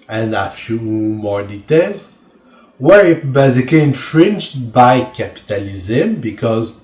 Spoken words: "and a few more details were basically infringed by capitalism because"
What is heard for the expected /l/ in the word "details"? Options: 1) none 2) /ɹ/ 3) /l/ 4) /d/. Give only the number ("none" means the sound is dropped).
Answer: 3